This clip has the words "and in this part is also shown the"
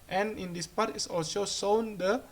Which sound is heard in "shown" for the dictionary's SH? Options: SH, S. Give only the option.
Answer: S